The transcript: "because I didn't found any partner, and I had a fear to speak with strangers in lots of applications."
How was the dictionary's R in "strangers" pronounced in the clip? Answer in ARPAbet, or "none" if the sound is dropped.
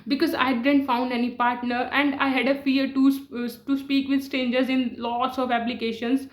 none